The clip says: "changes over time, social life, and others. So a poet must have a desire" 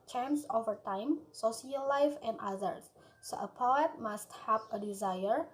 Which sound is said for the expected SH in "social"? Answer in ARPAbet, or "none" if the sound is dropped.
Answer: S